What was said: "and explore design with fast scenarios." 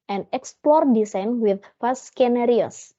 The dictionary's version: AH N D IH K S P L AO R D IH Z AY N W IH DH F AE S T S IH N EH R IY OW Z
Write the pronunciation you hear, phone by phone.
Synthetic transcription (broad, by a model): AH N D IH K S P L AO R D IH S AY N W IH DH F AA S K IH N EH R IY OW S